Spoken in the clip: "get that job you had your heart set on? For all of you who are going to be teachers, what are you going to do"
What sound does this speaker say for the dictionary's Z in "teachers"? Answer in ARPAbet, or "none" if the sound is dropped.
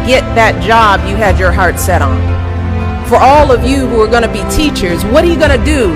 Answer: Z